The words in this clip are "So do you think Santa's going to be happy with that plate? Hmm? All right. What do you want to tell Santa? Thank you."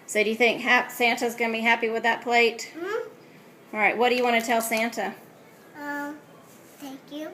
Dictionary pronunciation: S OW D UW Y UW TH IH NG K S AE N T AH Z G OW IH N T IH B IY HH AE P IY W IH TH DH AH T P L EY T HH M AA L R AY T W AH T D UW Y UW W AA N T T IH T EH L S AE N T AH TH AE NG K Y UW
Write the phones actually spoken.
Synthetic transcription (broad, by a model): S OW D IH Y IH TH IH NG K S AE N T AH Z G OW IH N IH B IY HH AE P IY W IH DH AH T P L EY T AA L R AY T W AH T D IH Y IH W AA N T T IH T EH L S AE N T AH TH AE NG K Y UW